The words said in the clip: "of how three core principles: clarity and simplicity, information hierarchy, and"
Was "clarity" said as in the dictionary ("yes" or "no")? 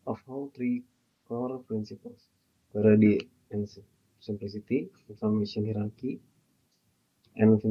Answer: no